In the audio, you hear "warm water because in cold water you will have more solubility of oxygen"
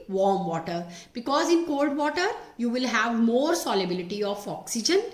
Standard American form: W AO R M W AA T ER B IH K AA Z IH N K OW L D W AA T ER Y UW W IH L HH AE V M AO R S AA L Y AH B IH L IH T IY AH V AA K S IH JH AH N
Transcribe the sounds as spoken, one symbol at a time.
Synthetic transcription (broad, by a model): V AO R M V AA T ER B IH K AA Z IH N K OW L D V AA T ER Y UW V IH L HH AE V M AO R S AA L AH B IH L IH T IY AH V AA K S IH JH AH N